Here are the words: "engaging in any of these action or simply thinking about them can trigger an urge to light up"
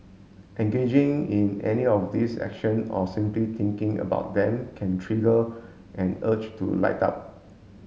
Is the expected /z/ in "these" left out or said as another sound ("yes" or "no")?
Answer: yes